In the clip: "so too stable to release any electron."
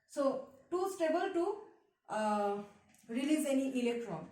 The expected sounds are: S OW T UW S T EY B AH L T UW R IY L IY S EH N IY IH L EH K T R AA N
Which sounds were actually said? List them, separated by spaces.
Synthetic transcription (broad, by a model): S OW T UW S T EY B AH L T UW R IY L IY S EH N IY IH L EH K T R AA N